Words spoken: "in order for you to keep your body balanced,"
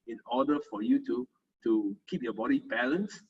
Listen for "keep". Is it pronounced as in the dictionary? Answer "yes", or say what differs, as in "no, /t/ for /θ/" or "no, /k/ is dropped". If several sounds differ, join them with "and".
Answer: yes